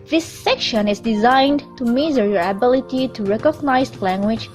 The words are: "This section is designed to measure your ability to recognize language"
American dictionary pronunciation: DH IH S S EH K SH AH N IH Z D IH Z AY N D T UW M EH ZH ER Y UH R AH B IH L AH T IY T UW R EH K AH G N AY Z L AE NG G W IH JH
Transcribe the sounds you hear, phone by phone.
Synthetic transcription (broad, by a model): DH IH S S EH K SH AH N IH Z D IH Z AY N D T UW M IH Z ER R AH B IH L AH T IY T UW R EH K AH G N AY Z L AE NG G W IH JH